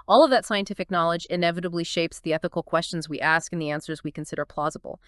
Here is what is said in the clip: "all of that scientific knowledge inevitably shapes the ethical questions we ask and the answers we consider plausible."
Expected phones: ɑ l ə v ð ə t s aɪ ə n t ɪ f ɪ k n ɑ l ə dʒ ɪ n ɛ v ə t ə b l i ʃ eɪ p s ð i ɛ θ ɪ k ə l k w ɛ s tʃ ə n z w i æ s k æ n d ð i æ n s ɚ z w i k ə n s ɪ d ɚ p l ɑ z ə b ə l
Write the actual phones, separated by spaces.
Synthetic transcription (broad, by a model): ɑ l ə v ð ə t s aɪ ə n t ɪ f ɪ k n ɑ l ə dʒ ɪ n ɛ v ə t ə b l i ʃ eɪ p s ð i ɛ θ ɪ k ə l k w ɛ s tʃ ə n z w i æ s k n ð i æ n s ɚ z w i k ə n s ɪ d ɚ p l ɑ z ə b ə l